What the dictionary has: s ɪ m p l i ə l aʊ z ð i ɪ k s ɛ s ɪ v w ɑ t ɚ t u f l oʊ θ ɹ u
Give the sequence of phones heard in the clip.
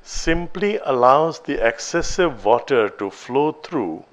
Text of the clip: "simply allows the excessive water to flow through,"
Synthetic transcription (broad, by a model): s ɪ m p l i ə l aʊ z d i ɪ k s ɛ s ɪ v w ɑ t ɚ t u f l oʊ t ɹ u